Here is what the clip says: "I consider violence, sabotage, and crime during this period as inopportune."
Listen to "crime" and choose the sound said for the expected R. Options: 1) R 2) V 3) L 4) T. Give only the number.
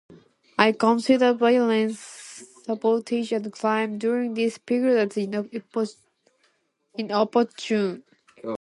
3